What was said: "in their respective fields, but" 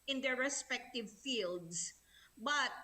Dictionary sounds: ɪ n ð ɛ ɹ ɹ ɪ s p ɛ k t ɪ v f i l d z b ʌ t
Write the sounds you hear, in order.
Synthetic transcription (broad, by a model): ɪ n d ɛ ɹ ɹ ɪ s p ɛ k t ɪ v f i l d s b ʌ t